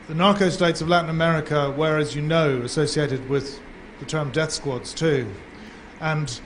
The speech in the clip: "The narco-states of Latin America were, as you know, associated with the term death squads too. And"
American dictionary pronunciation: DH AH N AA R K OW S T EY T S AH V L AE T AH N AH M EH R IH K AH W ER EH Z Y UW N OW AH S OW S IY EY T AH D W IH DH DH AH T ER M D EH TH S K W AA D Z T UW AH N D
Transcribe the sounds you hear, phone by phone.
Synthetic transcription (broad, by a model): DH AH N AA R K OW S T EY T S AH V L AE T N AH M EH R IH K AH W ER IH Z Y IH N OW AH S OW S IY EY T AH D W IH DH DH AH T ER M D EH TH S K W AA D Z T UW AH N